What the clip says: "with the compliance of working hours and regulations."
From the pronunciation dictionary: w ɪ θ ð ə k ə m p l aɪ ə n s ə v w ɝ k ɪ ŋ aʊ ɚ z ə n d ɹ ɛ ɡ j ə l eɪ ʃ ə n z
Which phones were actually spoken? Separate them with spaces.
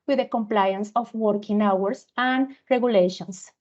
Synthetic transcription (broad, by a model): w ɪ ð ə k ə m p l aɪ ə n s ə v w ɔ k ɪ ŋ aʊ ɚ s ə n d ɹ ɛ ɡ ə l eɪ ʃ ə n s